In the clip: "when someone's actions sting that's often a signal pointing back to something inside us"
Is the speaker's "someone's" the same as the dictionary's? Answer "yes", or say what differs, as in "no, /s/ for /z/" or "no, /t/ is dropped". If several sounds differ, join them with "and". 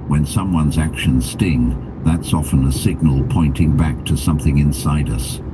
yes